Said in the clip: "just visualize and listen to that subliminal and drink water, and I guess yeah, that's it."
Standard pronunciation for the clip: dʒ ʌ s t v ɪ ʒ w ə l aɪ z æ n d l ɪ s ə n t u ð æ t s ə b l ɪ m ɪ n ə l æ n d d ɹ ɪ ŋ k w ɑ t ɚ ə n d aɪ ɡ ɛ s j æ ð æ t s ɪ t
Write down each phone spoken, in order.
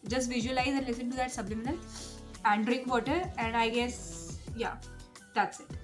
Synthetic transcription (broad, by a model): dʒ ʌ s t v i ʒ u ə l aɪ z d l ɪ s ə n t u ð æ t s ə b l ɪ m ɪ n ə l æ n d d ɹ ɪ k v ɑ t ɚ ə n d aɪ ɡ ɛ s j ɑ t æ t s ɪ t